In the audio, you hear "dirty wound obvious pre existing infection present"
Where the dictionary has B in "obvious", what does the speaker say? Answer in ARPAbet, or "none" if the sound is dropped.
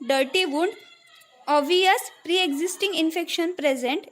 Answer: none